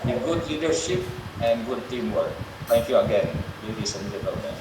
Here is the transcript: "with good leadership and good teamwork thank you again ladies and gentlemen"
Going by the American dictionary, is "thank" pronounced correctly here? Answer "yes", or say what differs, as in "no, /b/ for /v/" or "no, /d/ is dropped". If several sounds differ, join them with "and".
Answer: no, /t/ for /θ/